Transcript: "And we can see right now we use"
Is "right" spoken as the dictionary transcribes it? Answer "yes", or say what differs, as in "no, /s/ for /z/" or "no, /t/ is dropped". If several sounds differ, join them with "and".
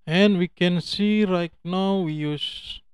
yes